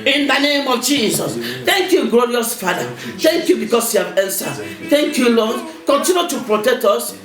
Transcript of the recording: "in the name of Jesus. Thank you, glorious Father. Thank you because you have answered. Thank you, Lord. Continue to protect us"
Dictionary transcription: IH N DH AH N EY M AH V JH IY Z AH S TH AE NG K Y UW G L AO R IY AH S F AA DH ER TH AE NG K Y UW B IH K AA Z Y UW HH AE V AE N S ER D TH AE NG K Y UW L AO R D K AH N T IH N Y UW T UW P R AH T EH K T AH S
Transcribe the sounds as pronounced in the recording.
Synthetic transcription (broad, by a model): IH N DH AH N EY M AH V JH IY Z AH S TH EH NG K Y UW G L AO R IY AH S F AA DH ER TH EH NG K Y UW B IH K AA S Y UW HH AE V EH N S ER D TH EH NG K Y UW L AO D K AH N T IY N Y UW T UW P R AH T EH K T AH S